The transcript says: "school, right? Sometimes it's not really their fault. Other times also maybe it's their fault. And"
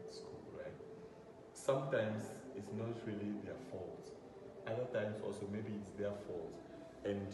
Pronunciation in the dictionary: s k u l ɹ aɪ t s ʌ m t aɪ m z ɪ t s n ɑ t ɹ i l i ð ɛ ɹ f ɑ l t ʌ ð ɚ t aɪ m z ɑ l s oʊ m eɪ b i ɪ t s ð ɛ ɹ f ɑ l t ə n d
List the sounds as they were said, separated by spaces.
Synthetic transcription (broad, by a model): s k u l ɹ aɪ t s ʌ m t aɪ m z ɪ t s n ɑ t ɹ i l i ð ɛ f ɑ l t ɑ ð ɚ t aɪ m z ɑ l s oʊ m eɪ b i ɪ t s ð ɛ f ɑ l t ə n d